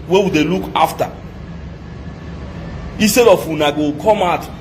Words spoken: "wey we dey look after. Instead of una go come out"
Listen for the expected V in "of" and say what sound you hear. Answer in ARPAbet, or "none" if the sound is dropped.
W